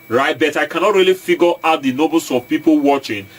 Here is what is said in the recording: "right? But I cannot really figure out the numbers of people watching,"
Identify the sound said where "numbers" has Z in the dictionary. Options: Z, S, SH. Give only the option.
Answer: S